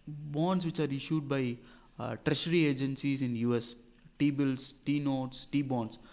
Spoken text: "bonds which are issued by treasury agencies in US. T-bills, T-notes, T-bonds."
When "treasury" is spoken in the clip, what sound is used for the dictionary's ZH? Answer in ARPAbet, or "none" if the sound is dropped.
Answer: SH